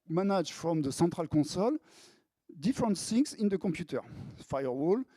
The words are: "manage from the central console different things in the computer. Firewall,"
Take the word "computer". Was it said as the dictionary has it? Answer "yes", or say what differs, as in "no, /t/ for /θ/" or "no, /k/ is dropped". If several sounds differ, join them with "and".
yes